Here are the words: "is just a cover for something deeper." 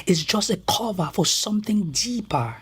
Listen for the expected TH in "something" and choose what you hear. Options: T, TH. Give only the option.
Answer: TH